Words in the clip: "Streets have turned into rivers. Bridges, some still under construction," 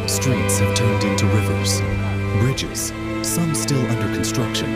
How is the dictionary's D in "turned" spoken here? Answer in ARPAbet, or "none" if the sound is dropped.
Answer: D